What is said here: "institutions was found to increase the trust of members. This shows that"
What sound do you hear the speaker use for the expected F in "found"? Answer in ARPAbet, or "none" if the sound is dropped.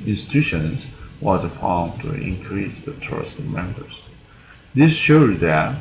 P